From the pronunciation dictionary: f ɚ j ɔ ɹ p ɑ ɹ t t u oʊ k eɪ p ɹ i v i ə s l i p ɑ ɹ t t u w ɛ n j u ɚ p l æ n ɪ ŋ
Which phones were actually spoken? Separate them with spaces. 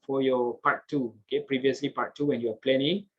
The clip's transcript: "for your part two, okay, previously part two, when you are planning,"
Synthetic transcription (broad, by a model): f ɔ j ɔ p ɑ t t u oʊ k eɪ p ɹ i v i ə s l i p ɑ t t u w ɛ n j u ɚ p l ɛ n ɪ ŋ